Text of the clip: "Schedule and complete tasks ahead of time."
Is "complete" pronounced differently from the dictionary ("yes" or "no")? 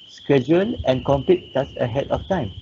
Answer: yes